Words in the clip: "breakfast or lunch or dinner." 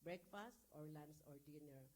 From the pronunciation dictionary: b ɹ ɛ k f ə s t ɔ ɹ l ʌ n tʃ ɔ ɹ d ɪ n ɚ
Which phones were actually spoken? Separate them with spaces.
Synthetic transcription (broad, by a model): b ɹ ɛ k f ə s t ɔ ɹ l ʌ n s ɔ ɹ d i n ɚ